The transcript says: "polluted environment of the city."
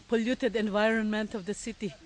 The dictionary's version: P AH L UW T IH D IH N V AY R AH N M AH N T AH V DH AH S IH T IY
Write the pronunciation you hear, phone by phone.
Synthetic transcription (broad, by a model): P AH L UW T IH D IH N V AY R AH N M AH N T AH V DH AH S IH T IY